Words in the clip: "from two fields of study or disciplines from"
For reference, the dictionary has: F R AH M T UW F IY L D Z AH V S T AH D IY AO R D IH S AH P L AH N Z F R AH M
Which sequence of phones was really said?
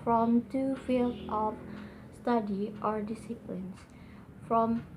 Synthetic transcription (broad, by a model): F R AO M T UW F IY L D AH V S T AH D IY AO R D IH S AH P L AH N S F R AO M